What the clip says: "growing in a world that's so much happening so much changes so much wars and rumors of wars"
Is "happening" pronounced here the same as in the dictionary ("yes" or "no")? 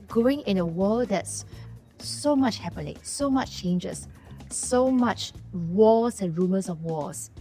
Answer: no